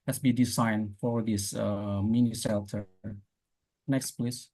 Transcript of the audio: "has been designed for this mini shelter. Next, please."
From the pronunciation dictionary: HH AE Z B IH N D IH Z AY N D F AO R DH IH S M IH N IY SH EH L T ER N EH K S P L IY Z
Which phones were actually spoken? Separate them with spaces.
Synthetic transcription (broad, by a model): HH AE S B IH D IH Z AY N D F AO R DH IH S M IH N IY S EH L T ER N EH K S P L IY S